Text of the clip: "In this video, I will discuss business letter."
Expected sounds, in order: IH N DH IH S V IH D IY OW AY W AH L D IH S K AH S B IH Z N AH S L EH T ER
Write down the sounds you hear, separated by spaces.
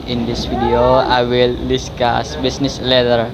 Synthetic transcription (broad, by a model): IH N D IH S F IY D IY OW AY W AH L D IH S K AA S B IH S N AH S L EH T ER